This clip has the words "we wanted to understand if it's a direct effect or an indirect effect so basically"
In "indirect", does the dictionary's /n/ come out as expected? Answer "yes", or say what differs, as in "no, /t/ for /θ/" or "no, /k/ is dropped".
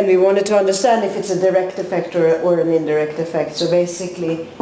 yes